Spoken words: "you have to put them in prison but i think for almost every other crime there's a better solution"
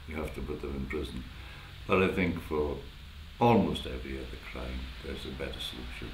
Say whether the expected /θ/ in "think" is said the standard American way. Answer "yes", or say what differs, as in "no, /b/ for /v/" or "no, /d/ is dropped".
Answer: yes